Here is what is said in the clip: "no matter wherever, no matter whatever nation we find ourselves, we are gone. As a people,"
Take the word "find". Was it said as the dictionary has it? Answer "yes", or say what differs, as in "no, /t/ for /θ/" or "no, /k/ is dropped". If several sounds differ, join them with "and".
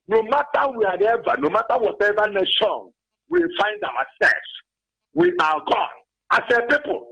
yes